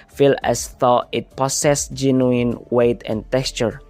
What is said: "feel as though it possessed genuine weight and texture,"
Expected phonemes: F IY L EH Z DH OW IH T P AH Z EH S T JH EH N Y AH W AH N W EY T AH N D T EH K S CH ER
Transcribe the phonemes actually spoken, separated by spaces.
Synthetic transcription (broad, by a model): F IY L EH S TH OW IH T P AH S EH S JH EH N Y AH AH N W EY T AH N T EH K S CH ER